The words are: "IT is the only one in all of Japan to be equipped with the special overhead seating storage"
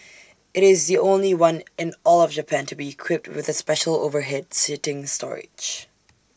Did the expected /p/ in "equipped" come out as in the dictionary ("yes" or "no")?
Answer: yes